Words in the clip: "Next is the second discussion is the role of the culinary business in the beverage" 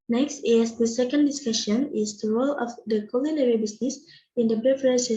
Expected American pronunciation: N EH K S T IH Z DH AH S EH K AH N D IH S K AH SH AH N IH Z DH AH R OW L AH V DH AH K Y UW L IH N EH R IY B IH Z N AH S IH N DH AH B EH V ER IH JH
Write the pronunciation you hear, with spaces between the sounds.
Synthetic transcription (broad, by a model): N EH K S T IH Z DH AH S EH K AH N D IH S K AH SH AH N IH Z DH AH R OW L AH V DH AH K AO L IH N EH R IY B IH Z N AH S IH N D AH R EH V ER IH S